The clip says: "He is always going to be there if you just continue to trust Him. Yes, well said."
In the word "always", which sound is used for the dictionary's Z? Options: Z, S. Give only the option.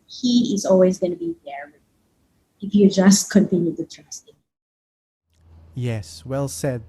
Z